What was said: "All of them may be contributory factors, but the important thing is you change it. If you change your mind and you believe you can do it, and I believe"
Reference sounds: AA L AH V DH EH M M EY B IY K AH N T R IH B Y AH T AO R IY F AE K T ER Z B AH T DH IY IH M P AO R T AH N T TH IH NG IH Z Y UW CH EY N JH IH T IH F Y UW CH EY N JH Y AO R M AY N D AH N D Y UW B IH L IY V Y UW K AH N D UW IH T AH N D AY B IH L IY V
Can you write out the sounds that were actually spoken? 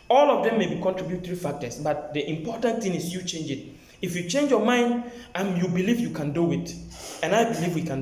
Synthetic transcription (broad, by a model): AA L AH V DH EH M M EY B IY K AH N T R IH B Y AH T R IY F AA K T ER S B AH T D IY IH M P AO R T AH N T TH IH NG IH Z Y UW CH EY N JH IH T IH F Y UW CH EY N JH Y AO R M AY N D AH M Y UW B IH L IY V Y UW K AH N D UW IH T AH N AY B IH L IY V